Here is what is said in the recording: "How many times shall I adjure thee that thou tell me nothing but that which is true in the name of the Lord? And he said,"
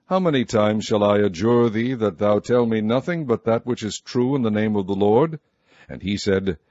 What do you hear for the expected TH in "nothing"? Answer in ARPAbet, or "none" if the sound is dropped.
TH